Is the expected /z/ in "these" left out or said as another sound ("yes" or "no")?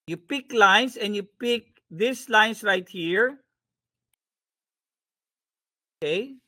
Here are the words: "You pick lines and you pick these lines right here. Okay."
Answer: yes